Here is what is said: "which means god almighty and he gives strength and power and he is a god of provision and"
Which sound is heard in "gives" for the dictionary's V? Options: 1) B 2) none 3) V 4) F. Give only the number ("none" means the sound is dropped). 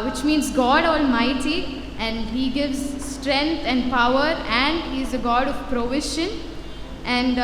3